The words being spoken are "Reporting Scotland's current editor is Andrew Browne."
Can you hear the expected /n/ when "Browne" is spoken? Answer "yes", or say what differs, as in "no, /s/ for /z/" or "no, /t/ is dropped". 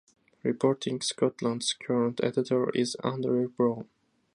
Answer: no, /n/ is dropped